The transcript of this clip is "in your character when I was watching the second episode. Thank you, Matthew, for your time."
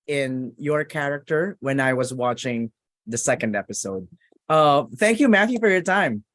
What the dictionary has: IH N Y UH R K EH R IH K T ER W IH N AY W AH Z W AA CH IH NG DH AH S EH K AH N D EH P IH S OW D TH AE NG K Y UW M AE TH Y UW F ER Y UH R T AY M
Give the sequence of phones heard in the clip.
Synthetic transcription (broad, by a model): IH N Y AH R K EH R IH K T ER W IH N AY W AH Z W AA CH IH NG DH AH S EH K AH N D EH P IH S OW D TH AE NG K Y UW M AE TH Y UW F ER Y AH R T AY M